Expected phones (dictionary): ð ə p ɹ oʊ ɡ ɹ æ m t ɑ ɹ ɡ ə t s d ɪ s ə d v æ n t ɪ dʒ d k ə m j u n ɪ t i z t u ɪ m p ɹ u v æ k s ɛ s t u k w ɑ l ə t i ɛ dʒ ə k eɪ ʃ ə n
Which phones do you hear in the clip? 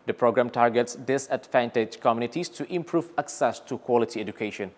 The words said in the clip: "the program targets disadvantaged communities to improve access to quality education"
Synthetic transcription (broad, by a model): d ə p ɹ oʊ ɡ ɹ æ m t ɑ ɹ ɡ ə t s d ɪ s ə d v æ n t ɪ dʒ k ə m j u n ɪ t i s t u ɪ m p ɹ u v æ k s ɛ s t u k w ɑ l ə t i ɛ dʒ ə k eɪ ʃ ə n